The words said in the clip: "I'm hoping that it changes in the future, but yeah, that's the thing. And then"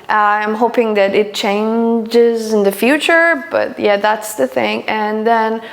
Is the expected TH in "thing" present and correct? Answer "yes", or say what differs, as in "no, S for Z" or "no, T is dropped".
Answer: yes